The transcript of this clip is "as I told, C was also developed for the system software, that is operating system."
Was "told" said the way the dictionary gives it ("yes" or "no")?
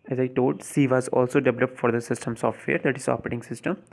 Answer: no